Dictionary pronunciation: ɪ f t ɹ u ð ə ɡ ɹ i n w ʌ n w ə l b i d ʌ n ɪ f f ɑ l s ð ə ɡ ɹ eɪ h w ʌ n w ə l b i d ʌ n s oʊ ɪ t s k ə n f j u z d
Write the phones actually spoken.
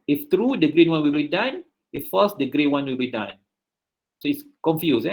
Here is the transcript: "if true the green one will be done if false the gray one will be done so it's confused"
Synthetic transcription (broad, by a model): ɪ f t ɹ u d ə ɡ ɹ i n w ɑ n w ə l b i d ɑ n ɪ f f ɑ s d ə ɡ ɹ eɪ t w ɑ n w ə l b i d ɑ n s oʊ ɪ t s k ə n f j u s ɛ